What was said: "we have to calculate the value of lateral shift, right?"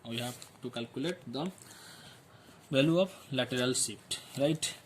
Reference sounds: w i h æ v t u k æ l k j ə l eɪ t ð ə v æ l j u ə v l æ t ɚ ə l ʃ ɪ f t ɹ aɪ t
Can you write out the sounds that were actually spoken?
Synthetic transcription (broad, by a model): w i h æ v t u k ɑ l k j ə l eɪ t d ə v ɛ l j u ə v l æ t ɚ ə l s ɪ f t ɹ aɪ t